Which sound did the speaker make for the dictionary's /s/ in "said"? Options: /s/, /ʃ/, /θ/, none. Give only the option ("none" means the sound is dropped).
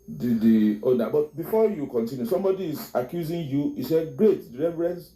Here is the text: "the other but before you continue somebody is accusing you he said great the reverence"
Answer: /s/